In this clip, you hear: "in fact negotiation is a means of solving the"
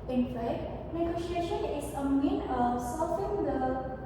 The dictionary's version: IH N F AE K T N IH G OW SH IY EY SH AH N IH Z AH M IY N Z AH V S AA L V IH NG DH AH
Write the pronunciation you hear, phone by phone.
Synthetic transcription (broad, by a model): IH N F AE K T N IH G OW SH IY EY SH AH N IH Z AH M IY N AH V S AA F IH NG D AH